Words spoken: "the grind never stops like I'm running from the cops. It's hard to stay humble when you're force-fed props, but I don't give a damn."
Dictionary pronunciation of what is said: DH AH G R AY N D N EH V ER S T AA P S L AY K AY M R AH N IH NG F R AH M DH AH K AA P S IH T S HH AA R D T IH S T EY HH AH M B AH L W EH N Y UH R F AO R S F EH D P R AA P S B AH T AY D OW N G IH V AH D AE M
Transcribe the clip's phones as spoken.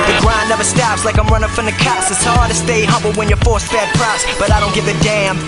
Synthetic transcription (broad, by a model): DH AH G R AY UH N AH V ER S T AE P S L AY K AY M R AH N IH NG F R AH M DH AH K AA S IH T S HH AA R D T IH S T EY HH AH B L W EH N Y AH R F AO R S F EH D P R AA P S B AH T AY D OW N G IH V AH D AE M